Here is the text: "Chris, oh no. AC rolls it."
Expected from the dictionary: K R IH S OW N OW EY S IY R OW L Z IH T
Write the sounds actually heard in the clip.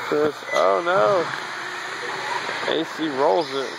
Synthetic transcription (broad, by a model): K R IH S OW N OW EY S IY R OW L Z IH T